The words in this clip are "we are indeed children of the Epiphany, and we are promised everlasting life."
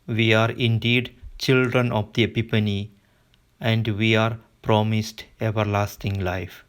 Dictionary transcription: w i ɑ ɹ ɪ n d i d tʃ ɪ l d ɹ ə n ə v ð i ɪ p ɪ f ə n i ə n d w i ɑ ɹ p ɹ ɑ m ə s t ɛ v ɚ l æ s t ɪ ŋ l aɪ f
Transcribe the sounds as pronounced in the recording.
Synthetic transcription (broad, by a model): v i ɑ ɹ ɪ n d i d tʃ ɪ l d ɹ ə n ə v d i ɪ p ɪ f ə n i ə n d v i ɑ ɹ p ɹ ɑ m ə s t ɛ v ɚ l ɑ s t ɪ ŋ l aɪ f